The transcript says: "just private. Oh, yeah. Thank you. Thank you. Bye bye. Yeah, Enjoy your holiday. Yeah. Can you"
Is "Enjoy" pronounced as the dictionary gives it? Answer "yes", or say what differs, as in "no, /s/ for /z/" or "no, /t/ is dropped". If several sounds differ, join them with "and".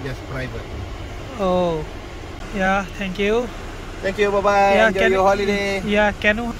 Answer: no, /n/ is dropped